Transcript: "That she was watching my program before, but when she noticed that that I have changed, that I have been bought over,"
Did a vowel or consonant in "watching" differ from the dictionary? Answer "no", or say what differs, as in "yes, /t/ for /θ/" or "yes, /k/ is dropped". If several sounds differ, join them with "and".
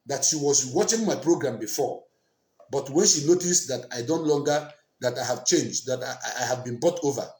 no